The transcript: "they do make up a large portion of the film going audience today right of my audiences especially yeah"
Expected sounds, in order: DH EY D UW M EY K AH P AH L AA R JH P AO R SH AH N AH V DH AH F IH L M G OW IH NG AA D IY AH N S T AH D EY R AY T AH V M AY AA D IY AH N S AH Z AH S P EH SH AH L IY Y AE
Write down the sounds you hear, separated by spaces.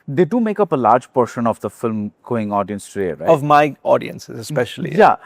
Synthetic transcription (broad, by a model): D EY D UW M EY K AH P AH L AA R JH P AO R SH AH N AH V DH AH F IH L M G OW IH NG AA D IY AH N S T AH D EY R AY AH V M AY AA D IY AH N S AH Z AH S P EH SH AH L IY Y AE